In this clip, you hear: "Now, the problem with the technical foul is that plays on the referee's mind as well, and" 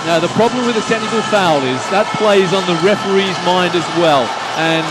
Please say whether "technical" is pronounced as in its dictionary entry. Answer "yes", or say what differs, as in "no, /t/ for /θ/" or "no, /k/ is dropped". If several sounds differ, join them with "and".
no, /s/ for /t/ and /k/ is dropped